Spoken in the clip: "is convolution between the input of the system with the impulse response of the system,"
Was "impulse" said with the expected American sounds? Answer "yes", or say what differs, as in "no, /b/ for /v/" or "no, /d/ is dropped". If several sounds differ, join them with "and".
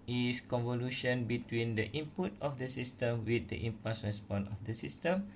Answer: no, /l/ is dropped